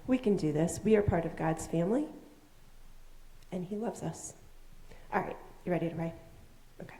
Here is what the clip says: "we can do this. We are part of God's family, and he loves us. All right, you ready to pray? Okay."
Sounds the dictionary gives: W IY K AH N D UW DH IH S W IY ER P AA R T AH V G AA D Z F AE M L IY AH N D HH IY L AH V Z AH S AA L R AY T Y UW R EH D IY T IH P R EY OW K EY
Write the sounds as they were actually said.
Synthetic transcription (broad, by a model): W IY K AH N D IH DH IH S W IY ER P AA R T AH V G AA D Z F AE M L IY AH N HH IY L AH V Z AH S AA L R AY T Y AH R EH D IY T IH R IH OW K EY